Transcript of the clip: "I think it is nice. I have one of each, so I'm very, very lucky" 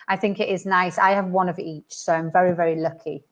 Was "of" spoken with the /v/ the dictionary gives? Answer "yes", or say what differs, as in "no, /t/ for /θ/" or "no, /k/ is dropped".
yes